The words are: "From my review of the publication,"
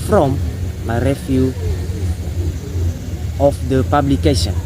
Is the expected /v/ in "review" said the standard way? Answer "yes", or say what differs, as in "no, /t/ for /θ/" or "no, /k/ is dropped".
no, /f/ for /v/